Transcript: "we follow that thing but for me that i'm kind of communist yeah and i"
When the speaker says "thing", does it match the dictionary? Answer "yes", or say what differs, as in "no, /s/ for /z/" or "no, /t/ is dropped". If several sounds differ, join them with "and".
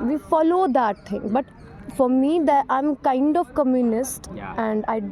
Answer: no, /t/ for /θ/